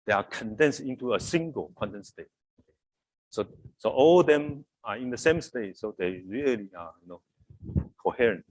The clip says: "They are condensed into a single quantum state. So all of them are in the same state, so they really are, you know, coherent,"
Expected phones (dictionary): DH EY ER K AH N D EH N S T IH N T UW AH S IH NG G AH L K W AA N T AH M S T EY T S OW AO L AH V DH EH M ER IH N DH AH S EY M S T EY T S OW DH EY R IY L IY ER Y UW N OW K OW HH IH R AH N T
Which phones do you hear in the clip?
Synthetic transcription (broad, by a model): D EY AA K AH N D EH N S T IH N T UW AH S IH NG G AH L K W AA N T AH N S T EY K S OW AO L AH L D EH M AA IH N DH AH S EY M S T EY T S OW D EY R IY L IY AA Y UW N OW K OW HH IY R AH N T